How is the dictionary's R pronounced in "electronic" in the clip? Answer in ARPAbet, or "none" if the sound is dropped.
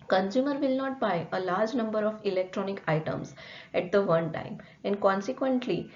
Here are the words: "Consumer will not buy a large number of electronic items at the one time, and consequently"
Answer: R